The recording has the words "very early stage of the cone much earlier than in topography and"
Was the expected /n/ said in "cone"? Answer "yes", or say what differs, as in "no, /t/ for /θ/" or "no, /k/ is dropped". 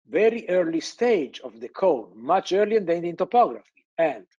no, /l/ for /n/